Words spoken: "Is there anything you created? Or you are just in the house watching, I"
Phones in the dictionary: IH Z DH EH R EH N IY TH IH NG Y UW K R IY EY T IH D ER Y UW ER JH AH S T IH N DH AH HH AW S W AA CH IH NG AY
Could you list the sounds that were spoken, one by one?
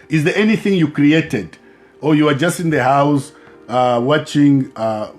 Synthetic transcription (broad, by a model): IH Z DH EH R EH N IY TH IH NG Y UW K R IY EY T IH D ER Y UW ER JH AH S T IH N DH AH HH AW S W AA CH IH NG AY